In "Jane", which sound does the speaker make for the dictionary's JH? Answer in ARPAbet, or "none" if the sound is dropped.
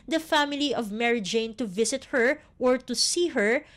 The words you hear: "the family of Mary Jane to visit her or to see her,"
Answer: JH